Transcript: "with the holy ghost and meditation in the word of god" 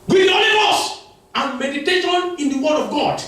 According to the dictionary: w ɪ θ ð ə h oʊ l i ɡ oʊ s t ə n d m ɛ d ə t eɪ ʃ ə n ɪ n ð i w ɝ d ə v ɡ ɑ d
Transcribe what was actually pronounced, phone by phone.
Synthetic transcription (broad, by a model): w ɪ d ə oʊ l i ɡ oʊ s ə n m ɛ d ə t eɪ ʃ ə n ɪ n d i w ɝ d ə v ɡ ɑ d